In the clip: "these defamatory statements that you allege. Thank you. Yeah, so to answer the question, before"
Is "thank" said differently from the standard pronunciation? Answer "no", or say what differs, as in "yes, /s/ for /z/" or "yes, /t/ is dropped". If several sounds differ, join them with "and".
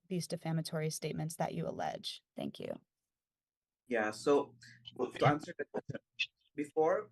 no